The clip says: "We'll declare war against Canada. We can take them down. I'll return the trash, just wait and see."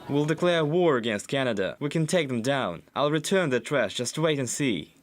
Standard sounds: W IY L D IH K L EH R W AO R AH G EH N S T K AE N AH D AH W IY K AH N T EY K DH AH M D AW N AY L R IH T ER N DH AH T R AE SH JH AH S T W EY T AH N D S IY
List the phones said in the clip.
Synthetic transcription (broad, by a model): W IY L D IH K L EH R W AO R AH G EH N S T K AE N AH D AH W IY K AH N T EY K DH AH M D AW N AY L R IH T ER N DH AH T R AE S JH AH S T W EY T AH N S IY